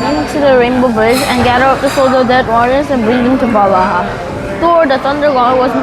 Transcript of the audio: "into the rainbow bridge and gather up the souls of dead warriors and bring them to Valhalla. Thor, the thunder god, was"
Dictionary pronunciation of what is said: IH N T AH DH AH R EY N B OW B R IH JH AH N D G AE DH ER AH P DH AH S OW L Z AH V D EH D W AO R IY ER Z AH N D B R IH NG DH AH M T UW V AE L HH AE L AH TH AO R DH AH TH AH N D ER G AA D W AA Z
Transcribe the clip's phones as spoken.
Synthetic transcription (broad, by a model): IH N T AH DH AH R EY N B OW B IH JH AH N G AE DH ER AH P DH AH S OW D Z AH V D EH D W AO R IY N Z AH N B R IH NG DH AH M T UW B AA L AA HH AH T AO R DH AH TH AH N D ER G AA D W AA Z